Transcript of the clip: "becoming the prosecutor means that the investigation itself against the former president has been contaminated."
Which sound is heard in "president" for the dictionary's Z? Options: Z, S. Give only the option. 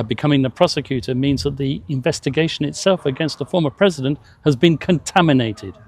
Z